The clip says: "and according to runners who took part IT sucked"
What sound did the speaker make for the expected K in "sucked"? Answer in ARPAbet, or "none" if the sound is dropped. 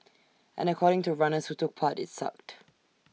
K